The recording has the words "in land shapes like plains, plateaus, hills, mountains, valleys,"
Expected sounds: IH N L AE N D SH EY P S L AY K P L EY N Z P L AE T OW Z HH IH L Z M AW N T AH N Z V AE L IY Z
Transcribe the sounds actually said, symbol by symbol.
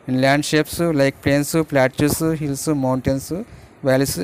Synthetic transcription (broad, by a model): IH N L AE N D SH EY P S L AY K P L EY N S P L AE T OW S HH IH L S M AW N T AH N S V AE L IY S